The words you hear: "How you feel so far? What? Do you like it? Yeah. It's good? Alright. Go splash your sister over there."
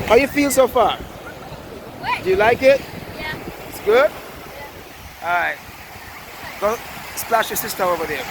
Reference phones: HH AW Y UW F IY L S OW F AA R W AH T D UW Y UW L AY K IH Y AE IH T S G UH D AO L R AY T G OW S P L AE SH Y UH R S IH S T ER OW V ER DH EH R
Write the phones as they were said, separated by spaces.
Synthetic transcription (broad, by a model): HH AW Y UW F IY L S OW F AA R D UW Y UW L AY K IH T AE IH T S G UH D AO R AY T G OW S P L AE SH Y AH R S IH S T ER OW V ER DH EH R